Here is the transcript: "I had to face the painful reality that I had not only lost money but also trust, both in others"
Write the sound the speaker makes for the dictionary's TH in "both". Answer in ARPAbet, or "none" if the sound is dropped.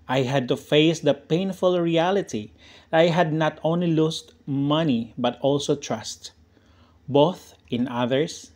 TH